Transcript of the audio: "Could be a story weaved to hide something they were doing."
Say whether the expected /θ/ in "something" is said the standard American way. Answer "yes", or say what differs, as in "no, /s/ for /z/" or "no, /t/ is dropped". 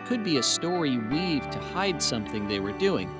yes